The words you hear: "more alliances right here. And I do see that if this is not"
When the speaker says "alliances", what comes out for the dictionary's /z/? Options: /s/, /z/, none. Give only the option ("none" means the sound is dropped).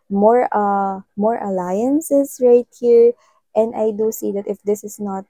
/s/